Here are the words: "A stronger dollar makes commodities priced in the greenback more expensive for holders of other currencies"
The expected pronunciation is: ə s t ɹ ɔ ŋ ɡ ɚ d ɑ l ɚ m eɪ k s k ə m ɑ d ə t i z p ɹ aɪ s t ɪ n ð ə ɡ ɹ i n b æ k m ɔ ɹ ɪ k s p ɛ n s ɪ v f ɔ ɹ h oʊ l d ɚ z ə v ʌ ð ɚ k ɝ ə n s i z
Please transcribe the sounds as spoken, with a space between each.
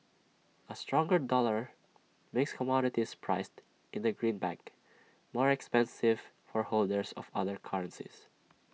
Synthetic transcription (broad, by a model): ə s t ɹ ɔ ŋ ɡ ɚ d ɑ l ɚ m eɪ k s k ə m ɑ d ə t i s p ɹ aɪ s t ɪ n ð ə ɡ ɹ i n b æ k m ɔ ɹ ɪ k s p ɛ n s ɪ v f ɔ ɹ h oʊ l d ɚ s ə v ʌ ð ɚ k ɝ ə n s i s